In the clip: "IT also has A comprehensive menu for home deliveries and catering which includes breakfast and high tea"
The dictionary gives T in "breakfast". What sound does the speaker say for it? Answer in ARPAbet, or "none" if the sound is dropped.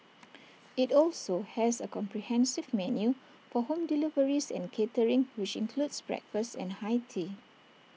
none